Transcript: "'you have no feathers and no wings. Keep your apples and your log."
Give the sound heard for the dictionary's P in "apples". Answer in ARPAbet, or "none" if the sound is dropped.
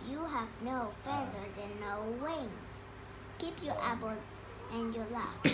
B